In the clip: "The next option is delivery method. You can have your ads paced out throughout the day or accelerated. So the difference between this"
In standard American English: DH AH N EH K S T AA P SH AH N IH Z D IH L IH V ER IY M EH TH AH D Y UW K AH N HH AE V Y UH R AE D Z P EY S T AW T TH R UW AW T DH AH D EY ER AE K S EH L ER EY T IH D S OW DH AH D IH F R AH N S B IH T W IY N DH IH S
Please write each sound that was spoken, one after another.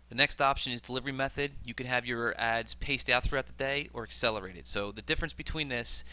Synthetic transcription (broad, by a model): DH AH N EH K S T AA P SH AH N IH Z D IH L IH V ER IY M EH TH AH D Y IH K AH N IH V Y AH R AE D Z P EY S T AW T TH R UW AW T DH AH D EY ER AE K S EH L ER EY T IH D S OW DH AH D IH F R AH N S B IH T W IY N DH IH S